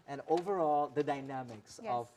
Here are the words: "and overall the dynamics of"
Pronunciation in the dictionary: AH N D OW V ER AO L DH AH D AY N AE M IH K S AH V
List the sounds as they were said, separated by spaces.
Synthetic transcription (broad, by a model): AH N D OW V ER AO L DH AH D AY N AE M IH K S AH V